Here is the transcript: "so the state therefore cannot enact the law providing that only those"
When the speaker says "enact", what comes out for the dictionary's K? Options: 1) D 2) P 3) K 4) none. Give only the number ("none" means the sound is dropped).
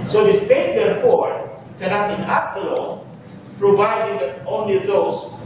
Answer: 4